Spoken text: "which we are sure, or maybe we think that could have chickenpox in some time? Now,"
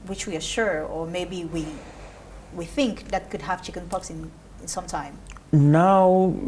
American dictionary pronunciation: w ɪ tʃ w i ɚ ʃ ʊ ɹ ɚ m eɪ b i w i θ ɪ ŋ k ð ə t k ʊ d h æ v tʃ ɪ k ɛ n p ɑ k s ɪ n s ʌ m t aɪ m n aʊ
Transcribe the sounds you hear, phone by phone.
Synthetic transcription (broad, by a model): w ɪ tʃ w i ɚ ʃ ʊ ɹ ɚ m eɪ b i w i θ ɪ ŋ k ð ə t k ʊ d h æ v tʃ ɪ k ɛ n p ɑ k s ɪ n s ʌ m t aɪ m n aʊ